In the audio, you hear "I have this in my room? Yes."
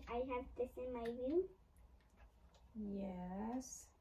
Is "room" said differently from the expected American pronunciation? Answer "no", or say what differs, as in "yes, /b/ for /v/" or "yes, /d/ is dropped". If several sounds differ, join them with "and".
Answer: yes, /w/ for /ɹ/